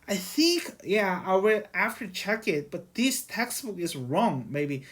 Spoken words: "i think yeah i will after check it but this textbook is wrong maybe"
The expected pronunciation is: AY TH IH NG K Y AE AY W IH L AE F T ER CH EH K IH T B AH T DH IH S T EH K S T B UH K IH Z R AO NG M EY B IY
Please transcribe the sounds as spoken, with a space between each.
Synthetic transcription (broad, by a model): AY TH IH NG K Y AE AY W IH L AE F T ER CH EH K IH T B AH T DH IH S T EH K S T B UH K IH Z R AO NG M EY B IY